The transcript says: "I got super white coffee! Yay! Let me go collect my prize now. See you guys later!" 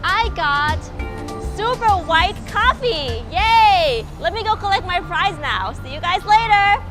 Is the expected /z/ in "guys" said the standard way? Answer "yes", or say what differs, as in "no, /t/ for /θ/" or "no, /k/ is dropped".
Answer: yes